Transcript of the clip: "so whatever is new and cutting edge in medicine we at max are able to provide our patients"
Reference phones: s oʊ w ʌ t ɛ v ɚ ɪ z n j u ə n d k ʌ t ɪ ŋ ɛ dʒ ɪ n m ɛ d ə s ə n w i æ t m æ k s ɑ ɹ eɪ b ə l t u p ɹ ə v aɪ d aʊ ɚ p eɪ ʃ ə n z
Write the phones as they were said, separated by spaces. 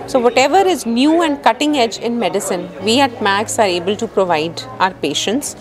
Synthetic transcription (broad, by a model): s oʊ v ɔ t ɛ v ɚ ɪ z n j u ə n d k ʌ t ɪ ŋ ɛ dʒ ɪ n m ɛ d ə s ə n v i æ t m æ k s ɑ ɹ eɪ b ə l t u p ɹ ə v aɪ d aʊ ɚ p eɪ ʃ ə n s